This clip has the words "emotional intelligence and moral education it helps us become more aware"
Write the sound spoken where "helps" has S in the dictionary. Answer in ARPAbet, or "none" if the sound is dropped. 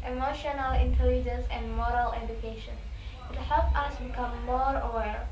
none